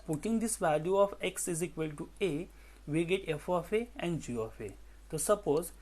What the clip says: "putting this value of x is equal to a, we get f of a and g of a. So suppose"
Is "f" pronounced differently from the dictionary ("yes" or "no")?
no